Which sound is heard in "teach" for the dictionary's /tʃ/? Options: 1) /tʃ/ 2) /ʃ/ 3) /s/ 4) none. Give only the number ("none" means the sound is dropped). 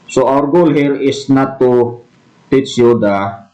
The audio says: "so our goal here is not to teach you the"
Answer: 3